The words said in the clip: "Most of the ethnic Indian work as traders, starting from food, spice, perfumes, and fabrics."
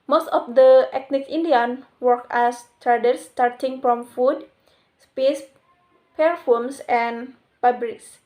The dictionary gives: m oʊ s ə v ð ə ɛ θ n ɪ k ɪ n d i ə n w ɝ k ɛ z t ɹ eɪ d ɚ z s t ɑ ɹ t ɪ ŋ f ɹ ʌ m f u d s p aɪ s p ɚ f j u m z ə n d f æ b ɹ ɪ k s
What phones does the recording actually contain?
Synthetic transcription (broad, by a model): m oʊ s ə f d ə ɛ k n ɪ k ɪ n d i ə n w ɝ k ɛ s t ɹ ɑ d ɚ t s t ɑ ɹ t ɪ ŋ f ɹ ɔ m f u d s p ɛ s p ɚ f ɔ m s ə n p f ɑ b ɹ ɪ k s